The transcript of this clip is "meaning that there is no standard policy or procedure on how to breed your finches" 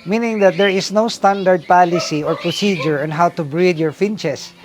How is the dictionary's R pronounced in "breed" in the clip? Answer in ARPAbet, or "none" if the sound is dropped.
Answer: R